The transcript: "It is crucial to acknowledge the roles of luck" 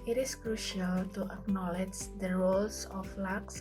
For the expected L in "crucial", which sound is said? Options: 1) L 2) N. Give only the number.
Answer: 1